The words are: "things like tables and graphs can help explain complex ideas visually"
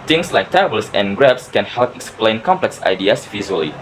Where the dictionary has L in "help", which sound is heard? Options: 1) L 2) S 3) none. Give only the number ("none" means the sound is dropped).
1